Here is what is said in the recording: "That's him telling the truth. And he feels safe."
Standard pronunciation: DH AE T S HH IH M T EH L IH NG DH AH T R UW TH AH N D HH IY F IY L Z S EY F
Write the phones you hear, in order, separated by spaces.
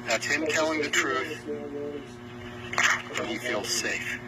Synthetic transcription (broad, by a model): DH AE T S HH IH M T EH L IH NG DH AH T R UW TH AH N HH IY F IY L Z S EY F